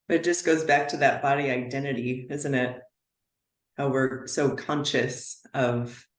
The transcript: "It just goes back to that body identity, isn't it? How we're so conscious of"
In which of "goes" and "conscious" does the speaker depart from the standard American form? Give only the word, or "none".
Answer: none